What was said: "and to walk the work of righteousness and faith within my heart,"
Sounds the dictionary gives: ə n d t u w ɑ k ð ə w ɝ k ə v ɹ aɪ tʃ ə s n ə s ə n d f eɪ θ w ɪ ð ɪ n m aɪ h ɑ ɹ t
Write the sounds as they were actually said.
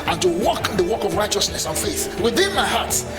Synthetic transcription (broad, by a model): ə n t u w ɑ k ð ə w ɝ k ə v ɹ aɪ tʃ ə s n ə s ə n f eɪ θ w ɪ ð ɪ n m aɪ h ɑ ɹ t